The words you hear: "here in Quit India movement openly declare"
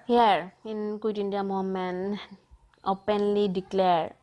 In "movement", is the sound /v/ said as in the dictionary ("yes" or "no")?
no